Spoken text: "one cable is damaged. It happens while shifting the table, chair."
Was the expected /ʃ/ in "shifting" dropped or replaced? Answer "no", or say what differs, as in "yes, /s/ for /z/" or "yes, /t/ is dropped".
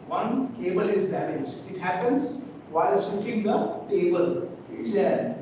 yes, /s/ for /ʃ/